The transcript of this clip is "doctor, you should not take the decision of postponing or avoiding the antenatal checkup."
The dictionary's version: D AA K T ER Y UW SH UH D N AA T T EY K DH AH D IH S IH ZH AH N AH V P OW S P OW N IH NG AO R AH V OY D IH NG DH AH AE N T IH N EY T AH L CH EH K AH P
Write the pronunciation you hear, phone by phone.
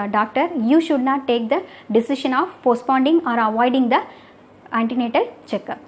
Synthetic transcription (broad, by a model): D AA K T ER Y UW SH UH D N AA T T EY K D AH D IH S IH SH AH N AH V P OW S P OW N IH NG AO R AH V OY D IH NG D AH AE N T IH N EY T AH L CH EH K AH